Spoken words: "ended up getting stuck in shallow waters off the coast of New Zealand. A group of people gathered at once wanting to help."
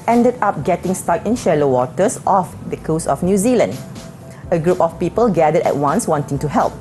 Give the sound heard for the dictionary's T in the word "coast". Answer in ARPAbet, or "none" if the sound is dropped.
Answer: none